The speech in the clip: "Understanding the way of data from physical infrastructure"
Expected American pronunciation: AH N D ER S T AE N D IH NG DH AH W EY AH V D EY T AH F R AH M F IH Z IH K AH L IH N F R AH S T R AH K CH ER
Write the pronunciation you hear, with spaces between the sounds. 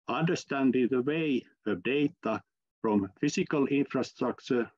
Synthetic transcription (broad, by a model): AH N D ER S T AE N D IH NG DH AH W EY AH V D EY T AH F R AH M F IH S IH K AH L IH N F R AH S T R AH K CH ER